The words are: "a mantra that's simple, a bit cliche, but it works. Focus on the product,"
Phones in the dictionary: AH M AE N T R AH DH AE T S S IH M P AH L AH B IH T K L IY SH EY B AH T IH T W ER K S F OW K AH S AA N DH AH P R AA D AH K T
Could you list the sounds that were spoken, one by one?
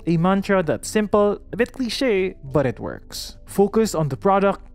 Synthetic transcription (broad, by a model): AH M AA N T R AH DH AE T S S IH M P AH L AH B IH T K L IY SH EY B AH T IH T W ER K S F OW K AH S AA N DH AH P R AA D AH K T